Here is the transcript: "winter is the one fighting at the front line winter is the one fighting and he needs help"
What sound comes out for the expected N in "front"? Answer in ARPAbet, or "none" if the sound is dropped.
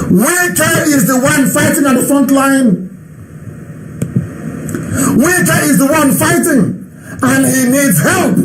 N